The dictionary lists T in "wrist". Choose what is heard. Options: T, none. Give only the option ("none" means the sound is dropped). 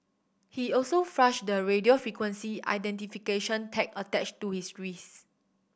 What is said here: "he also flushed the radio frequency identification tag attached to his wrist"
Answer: none